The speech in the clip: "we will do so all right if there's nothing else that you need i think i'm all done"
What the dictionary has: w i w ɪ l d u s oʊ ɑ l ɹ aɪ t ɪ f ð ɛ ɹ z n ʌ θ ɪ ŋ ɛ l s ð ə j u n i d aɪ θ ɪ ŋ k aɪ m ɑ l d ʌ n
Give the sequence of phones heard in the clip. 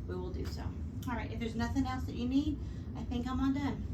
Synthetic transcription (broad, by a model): w i w ɪ l d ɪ s oʊ ɑ l ɹ aɪ t ɪ f ð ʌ ɹ z n ʌ θ ɪ ŋ ɛ l s ð ə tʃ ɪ n i d aɪ θ ɪ ŋ k aɪ m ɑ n d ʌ n